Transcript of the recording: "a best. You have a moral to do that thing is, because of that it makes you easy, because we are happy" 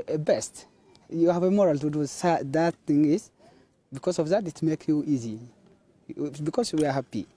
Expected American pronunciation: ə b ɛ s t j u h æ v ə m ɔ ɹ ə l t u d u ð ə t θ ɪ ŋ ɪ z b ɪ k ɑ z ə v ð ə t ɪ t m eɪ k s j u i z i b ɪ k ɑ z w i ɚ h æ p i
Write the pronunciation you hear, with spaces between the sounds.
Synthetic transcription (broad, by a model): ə b ɛ s t j u h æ v ə m ɔ ɹ ə l t u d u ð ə t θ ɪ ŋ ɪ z b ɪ k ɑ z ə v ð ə t ɪ t m eɪ k j u i z i b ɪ k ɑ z w i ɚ h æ p i